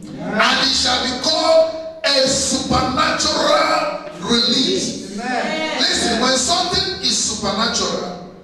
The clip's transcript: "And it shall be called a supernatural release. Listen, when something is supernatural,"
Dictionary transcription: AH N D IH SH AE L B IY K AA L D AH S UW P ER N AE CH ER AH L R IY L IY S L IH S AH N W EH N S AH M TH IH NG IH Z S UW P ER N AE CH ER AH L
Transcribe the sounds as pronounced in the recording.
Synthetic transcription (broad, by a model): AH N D IH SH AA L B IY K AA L AH S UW P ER N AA CH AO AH L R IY L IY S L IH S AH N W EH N S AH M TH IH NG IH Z S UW P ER N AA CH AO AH L